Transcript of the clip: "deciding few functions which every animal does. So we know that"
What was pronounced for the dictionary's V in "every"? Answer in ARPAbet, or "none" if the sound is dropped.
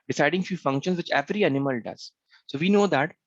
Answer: V